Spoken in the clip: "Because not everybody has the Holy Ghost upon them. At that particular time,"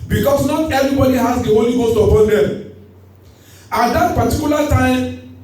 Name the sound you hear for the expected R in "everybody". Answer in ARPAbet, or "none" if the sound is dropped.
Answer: R